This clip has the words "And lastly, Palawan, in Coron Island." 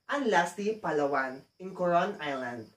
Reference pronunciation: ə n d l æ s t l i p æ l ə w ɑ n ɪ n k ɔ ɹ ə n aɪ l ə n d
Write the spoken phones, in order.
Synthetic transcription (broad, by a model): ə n l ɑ s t i p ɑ l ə w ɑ n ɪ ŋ k ɔ ɹ ə n aɪ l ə n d